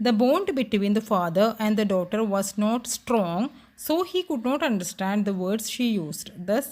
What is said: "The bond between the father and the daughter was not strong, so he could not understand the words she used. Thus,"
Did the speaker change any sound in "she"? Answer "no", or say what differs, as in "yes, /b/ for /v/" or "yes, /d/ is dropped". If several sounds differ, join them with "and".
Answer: no